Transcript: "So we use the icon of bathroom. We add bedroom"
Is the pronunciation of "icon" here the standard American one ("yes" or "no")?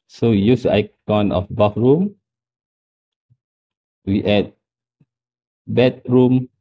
yes